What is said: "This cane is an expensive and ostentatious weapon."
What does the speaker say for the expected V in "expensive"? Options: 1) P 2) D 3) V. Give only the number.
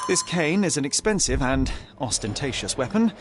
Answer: 3